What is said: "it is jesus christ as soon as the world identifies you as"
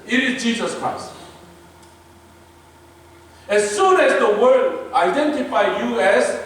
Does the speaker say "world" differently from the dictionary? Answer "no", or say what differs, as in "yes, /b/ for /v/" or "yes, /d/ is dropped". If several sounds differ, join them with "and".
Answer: yes, /l/ is dropped